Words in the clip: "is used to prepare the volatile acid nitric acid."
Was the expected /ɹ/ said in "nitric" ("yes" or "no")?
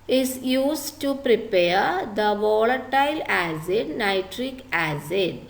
yes